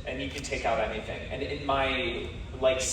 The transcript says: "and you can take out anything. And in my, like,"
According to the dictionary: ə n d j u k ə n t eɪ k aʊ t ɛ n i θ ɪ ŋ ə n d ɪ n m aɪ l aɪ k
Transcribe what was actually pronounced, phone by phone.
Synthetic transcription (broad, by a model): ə n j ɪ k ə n t eɪ k aʊ t ɛ n i θ ɪ ŋ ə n ɪ n m aɪ l aɪ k